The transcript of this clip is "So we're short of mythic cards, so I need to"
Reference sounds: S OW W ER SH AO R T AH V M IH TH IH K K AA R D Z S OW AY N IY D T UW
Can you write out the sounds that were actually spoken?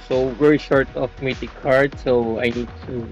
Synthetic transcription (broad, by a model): S OW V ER SH AO R T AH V M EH T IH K K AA R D S OW AY N IY D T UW